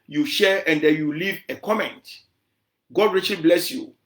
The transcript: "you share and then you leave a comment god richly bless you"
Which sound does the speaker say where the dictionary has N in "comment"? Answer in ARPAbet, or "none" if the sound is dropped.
N